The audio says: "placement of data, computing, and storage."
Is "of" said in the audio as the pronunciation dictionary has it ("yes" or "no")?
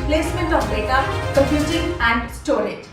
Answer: no